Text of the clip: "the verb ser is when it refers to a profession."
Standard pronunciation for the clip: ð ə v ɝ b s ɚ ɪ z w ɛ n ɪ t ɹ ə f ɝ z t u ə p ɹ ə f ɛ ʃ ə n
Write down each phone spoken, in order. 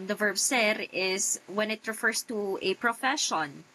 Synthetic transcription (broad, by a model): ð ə v ɝ b s ɚ ɪ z w ɛ n ɪ t ɹ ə f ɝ s t u ə p ɹ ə f ɛ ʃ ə n